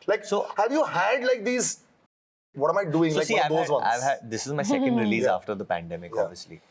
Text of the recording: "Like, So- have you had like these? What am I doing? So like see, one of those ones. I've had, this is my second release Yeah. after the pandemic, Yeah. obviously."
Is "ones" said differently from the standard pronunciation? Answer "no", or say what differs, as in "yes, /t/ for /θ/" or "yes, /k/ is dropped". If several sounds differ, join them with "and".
yes, /z/ is dropped